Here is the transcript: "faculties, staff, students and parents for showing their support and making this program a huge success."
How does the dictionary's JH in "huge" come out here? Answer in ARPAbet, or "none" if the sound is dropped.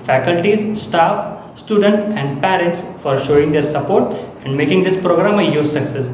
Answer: Z